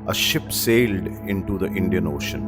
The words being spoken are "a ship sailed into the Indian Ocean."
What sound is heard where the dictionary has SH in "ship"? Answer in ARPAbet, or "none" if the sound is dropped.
SH